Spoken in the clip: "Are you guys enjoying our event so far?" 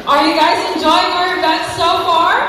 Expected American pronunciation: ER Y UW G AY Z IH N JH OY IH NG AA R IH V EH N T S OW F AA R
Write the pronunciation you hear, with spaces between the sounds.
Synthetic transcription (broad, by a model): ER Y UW G AY Z IH N JH OY IH NG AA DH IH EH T S OW F AA R